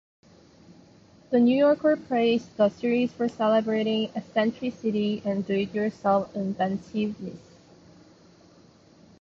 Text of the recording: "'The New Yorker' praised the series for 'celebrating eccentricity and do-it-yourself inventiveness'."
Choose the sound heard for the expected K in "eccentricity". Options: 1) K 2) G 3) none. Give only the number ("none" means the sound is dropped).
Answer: 3